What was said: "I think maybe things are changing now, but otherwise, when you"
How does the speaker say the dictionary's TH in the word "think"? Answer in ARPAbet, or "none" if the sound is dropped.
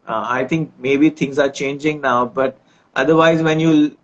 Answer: T